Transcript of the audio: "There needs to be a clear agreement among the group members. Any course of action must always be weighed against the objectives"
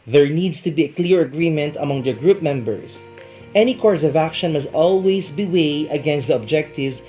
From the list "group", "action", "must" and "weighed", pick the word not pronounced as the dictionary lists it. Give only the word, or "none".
weighed